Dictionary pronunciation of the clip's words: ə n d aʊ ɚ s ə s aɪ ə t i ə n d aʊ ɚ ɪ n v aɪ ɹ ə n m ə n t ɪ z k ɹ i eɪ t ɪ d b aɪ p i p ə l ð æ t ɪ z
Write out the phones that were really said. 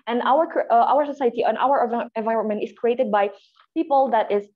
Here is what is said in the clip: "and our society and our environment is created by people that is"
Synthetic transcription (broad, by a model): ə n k aʊ ɚ s ə s aɪ ə t i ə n aʊ ɚ ɪ n v aɪ ɹ ə n m ə n t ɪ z k ɹ i eɪ t ɪ d b aɪ p i p ə l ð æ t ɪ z